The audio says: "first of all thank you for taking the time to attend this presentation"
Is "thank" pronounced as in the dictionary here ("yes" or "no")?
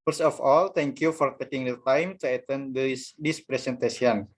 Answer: no